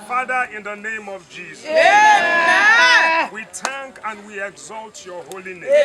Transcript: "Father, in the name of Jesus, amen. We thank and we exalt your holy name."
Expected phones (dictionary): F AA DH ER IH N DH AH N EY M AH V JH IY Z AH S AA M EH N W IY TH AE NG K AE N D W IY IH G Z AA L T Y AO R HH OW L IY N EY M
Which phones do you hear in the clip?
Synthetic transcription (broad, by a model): F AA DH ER IH N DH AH N EY M AH V JH IY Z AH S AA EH W IY T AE NG K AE N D W IY IH G Z AA L T Y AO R HH OW L IY N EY